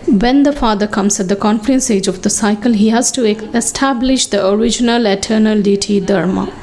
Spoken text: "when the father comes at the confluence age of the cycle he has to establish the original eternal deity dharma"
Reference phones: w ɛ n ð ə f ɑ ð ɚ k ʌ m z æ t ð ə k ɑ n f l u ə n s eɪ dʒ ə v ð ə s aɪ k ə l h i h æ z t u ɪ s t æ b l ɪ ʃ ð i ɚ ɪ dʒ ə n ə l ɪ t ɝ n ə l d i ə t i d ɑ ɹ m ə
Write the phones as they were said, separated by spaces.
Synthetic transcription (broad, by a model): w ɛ n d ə f ɑ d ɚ k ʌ m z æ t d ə k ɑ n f u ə n s eɪ dʒ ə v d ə s aɪ k ə l h i h æ z t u ɪ s t æ b l ɪ ʃ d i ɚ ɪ dʒ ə n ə l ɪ t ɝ n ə l d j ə t i d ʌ ɹ m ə